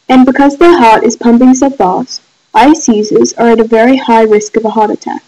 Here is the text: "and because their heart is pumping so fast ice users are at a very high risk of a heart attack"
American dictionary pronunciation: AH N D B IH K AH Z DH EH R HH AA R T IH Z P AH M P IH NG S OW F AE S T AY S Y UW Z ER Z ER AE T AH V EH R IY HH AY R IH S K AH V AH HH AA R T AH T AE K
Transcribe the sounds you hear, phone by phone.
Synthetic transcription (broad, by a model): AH N B IH K AH Z DH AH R HH AA R T IH Z P AH M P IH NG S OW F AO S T AY S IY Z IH Z ER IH T AH V EH R IY HH AY R IH S K AH V AH HH AA R T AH T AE K